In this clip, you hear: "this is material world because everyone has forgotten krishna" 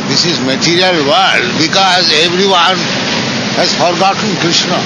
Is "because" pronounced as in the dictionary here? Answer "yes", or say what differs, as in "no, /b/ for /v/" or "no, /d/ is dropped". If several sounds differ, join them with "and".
yes